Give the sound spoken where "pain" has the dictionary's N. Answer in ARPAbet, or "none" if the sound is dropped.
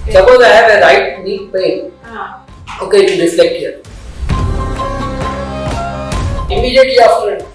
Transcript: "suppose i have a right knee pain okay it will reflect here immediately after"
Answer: none